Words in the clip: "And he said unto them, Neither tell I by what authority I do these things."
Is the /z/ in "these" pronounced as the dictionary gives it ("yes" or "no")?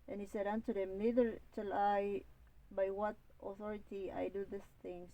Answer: no